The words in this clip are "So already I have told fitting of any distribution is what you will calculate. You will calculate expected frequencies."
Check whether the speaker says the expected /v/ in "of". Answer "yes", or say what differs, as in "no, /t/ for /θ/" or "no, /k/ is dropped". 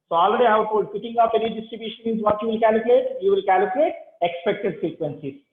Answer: no, /p/ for /v/